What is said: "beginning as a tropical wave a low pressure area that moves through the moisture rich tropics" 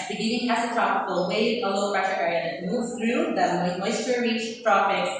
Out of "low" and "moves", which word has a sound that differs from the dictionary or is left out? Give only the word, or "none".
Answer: moves